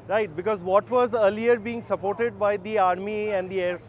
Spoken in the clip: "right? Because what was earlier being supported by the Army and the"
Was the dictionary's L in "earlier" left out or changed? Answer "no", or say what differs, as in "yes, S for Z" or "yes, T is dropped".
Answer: no